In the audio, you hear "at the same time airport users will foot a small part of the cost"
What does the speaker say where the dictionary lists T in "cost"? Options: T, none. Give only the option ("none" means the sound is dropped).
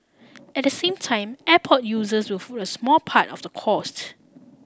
T